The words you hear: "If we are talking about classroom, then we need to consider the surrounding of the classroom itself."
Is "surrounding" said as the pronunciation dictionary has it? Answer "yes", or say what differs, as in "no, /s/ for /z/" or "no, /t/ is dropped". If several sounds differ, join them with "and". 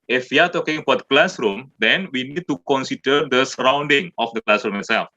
yes